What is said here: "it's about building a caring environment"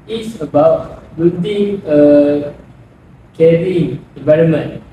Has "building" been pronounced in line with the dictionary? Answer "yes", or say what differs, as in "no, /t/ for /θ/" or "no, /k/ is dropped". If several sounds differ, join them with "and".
no, /l/ is dropped